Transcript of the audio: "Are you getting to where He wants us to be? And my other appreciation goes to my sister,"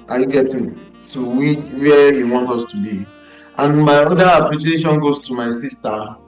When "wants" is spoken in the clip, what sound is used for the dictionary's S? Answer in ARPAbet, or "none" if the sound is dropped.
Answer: none